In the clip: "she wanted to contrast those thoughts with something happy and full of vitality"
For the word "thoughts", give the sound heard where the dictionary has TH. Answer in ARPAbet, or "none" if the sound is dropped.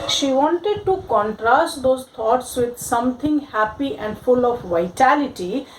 T